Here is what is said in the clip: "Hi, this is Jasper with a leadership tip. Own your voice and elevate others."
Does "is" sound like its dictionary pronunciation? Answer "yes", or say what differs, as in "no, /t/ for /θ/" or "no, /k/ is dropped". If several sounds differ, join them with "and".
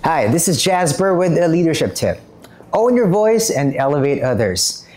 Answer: yes